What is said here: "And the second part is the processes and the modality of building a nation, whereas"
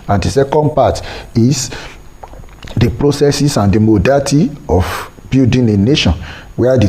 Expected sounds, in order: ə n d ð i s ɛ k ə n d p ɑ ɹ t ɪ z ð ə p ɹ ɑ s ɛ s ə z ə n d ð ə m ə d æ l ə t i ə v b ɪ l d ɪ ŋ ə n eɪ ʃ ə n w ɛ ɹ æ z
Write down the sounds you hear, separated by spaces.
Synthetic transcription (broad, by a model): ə n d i s ɛ k ə n d p ɑ t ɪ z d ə p ɹ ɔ s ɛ s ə s ə n d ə m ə d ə t i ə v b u d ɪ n ə n eɪ ʃ ə n w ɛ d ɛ